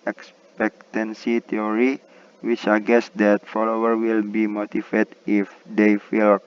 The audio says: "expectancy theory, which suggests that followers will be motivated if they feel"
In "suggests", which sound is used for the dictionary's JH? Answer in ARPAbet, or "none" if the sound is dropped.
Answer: none